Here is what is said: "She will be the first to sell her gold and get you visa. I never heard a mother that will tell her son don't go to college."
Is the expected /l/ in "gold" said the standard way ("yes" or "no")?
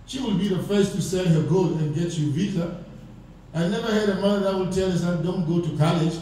no